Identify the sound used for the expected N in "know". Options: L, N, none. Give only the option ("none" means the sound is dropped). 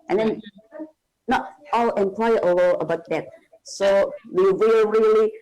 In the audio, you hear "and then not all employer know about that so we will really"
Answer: L